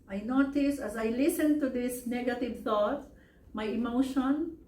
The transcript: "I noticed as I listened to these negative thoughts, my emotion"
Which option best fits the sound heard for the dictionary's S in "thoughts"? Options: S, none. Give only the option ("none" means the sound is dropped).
none